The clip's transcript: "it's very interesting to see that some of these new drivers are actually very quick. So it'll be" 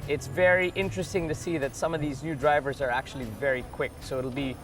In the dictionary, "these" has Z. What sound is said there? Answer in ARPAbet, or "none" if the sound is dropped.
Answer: Z